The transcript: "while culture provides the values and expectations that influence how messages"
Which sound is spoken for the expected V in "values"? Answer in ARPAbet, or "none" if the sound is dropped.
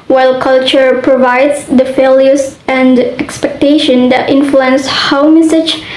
F